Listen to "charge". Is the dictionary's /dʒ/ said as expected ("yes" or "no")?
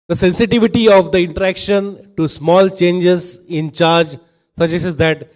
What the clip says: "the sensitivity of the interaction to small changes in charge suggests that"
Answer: yes